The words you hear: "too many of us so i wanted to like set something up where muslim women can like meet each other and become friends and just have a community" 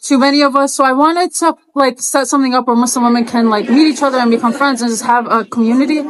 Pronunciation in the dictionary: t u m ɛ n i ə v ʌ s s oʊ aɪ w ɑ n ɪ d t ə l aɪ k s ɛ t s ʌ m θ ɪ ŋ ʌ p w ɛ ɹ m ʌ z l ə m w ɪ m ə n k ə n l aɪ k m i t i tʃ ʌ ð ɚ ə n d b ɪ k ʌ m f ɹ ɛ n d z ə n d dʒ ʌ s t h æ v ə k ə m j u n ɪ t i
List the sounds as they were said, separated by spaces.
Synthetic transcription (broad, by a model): t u m ɛ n i ə v ʌ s s oʊ aɪ w ɑ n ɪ d t ə l aɪ k s ɛ t s ʌ m θ ɪ ŋ ʌ p w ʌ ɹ m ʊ s l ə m w ɪ m ə n k ə n l aɪ k m i t i tʃ ʌ ð ɚ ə n b ɪ k ʌ m f ɹ ɛ n d z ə n dʒ ʌ s t h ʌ v ə k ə m j u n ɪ t i